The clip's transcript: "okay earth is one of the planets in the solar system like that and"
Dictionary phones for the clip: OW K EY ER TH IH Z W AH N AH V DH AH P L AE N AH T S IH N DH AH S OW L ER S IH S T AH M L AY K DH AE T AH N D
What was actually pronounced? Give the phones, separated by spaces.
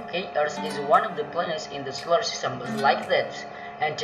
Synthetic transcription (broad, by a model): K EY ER S IH Z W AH N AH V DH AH P L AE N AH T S IH N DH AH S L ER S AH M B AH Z L AY K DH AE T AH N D